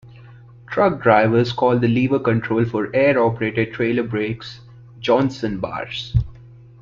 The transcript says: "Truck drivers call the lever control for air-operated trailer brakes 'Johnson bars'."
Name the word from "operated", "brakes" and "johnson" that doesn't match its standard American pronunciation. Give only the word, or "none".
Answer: none